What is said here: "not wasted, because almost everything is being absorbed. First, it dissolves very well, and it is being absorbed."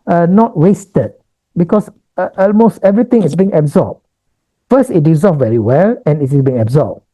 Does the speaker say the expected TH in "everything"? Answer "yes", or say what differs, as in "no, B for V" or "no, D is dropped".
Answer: no, T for TH